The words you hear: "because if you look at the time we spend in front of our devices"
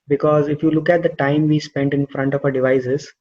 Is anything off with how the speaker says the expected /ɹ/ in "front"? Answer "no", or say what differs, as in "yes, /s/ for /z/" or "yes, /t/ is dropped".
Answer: no